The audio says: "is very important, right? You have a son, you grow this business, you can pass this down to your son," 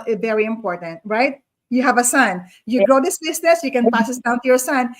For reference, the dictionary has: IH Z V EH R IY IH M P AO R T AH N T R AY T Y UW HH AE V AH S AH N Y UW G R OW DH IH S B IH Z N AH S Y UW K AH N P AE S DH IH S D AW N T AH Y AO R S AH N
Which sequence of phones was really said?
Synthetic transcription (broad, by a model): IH V EH R IY IH M P AO R T AH N T R AY T Y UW HH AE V AH S AH N Y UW G R OW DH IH S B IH S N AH S Y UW K AH N P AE S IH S D AW N T AH Y AO R S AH N